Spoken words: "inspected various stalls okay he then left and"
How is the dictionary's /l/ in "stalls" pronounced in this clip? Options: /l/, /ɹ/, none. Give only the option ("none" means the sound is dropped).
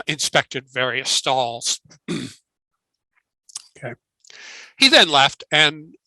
/l/